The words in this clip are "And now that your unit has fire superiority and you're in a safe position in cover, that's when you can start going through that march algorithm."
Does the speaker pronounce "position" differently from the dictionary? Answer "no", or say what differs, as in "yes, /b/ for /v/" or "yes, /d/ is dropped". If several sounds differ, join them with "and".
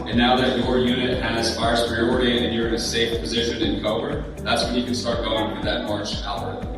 no